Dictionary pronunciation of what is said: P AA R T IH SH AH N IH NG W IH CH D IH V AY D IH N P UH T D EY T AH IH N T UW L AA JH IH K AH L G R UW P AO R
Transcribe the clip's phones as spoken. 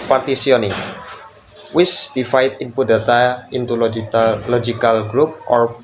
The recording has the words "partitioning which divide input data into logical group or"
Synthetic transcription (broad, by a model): P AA R T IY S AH N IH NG W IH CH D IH F AY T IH N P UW D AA T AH IH N T UW L AA JH IH K AH L G R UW P AO R